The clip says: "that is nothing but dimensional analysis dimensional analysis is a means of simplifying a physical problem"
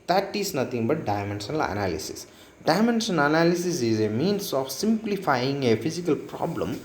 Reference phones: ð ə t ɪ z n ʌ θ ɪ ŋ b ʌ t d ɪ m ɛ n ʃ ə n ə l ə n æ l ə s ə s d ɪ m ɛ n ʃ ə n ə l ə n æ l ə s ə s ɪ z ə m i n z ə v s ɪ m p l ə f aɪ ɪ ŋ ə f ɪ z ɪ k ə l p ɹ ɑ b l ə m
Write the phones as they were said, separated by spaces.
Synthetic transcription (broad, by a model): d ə t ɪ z n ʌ t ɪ ŋ b ʌ t d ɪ m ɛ n s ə n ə l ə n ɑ l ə s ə s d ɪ m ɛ n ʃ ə n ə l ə n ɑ l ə s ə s ɪ z ə m i n s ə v s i m p l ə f aɪ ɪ ŋ ə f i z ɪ k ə l p ɹ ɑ b l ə m